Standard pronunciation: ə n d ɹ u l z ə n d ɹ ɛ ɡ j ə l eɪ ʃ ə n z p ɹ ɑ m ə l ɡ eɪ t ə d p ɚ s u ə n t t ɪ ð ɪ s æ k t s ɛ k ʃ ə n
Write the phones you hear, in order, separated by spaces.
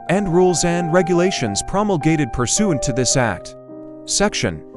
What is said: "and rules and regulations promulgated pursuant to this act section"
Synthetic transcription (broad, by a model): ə n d ɹ u l z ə n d ɹ ɛ ɡ j ə l eɪ ʃ ə n z p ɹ ɑ m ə l ɡ eɪ t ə d p ɚ s u n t t ɪ ð ɪ s æ k t s ɛ k ʃ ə n